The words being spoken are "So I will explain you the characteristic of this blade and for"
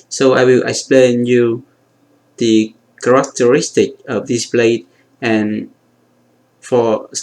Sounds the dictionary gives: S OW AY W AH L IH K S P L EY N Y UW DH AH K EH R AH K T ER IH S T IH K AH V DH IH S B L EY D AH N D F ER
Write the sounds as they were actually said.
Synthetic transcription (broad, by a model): S OW AY W AH L IH K S P L EY N Y UW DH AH K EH R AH K T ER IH S T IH K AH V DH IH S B L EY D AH N F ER